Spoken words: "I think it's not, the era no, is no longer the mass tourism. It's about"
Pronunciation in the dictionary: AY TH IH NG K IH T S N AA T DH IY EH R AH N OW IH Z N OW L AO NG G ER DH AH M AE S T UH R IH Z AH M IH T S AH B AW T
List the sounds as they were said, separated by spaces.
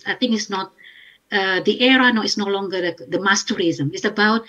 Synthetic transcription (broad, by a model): AY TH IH NG IH T S N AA T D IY EH R AH N OW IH S N OW L AO NG G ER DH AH M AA S T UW R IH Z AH M IH T S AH B AW T